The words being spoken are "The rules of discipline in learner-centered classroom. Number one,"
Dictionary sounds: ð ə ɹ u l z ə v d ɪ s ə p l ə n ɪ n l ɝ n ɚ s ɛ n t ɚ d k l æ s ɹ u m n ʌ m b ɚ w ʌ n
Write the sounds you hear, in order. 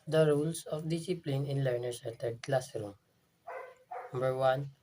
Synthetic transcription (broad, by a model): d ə ɹ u l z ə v d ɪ s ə p l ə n ɪ n l ɝ n ɚ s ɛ t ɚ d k l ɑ s ɹ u m n ʌ m b ɚ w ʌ n